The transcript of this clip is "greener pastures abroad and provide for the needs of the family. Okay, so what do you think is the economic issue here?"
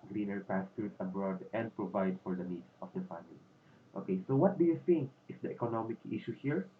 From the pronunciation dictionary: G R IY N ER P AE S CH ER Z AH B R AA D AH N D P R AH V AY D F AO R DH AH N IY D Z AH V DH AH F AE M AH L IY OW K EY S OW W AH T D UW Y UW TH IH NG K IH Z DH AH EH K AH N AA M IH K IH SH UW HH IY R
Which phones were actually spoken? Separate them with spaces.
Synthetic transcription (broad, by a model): G R IY N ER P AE S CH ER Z AH B R AA D AH N D P R AH V AY D F AO R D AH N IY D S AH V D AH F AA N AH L OW K EY S OW W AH T D UW Y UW TH IH NG K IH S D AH EH K AH N AA M IH K IH SH UW HH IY R